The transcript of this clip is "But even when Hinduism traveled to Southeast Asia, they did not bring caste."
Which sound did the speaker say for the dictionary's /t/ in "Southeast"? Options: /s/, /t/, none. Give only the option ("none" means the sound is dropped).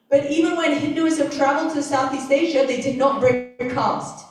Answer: /t/